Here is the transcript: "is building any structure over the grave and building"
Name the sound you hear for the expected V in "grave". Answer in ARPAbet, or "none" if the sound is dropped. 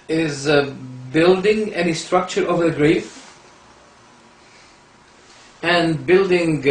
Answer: F